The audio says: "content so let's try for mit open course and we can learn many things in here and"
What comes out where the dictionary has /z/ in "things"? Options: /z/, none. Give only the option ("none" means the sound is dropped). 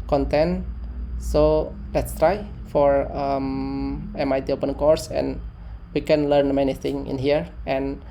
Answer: none